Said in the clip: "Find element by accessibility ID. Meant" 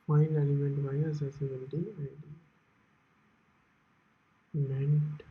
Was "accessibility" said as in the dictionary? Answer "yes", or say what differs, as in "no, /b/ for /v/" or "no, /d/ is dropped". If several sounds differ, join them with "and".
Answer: no, /k/ is dropped